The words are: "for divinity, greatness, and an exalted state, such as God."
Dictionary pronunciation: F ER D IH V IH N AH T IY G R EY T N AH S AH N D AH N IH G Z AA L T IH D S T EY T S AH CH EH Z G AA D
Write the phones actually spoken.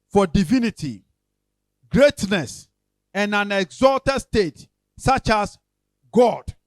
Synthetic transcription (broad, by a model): F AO D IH V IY N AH T IY G R EY T N AH S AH N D AH N IH G Z AA L T IH D S T EY T S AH CH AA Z G AA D